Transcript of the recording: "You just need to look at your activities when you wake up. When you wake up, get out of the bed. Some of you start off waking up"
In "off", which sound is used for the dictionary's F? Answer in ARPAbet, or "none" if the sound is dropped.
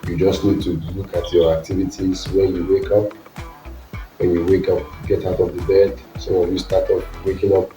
P